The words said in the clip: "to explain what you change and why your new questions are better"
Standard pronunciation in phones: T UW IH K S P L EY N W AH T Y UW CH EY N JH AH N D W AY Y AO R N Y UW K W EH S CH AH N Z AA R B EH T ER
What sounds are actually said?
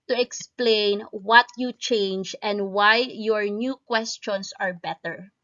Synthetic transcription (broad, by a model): T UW IH K S P L EY N W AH T Y UW CH EY N JH AH N D W AY Y AO R N Y UW K W EH S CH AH N S AA R B EH T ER